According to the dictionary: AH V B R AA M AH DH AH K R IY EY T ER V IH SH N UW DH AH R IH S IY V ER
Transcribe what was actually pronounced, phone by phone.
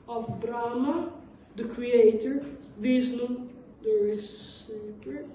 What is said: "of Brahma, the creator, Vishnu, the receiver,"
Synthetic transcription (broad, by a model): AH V B R AA M AH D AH K R IY EY T ER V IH S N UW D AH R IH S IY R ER